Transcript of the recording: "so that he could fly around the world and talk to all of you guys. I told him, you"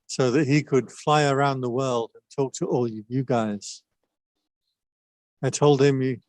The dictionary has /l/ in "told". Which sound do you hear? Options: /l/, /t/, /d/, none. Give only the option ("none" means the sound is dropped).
/l/